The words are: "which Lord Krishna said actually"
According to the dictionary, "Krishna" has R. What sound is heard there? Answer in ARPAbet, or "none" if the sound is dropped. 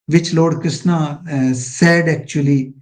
none